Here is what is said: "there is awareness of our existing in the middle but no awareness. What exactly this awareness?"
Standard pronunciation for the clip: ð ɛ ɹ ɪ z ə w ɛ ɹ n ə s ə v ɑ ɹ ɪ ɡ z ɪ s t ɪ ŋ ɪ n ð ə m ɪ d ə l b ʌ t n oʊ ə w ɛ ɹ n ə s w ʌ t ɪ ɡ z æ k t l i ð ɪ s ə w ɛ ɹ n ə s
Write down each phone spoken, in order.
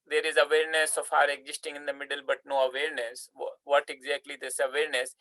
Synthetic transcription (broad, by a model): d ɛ ɹ ɪ z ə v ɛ ɹ n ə s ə f ɑ ɹ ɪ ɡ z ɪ s t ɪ ŋ ɪ n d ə m ɪ d ə l b ʌ t n oʊ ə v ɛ ɹ n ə s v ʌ t ɪ ɡ z æ k t l i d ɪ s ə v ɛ ɹ n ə s